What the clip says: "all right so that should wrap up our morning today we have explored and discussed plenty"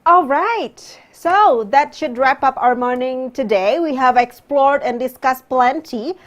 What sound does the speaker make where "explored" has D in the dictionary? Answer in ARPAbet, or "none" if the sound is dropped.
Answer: D